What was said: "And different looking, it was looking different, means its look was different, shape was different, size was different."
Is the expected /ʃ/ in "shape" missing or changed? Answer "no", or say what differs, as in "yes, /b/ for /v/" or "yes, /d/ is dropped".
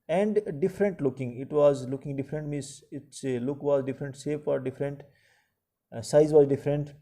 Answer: yes, /s/ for /ʃ/